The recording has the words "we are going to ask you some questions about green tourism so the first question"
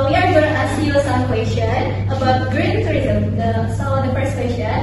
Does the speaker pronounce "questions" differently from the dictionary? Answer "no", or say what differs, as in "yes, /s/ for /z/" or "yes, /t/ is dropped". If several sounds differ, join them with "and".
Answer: yes, /z/ is dropped